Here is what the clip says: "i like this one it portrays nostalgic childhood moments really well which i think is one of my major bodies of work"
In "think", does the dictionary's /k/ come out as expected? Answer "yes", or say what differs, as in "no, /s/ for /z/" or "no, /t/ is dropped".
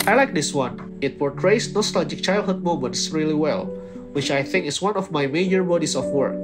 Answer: yes